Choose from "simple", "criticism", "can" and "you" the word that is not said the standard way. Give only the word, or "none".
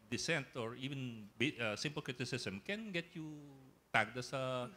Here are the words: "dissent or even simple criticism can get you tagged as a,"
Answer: criticism